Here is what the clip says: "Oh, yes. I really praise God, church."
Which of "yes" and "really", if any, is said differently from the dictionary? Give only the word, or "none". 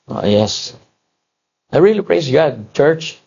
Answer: none